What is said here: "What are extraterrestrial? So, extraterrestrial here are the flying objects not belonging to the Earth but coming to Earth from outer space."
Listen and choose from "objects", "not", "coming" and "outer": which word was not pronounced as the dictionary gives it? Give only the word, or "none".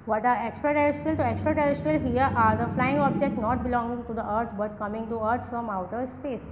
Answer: objects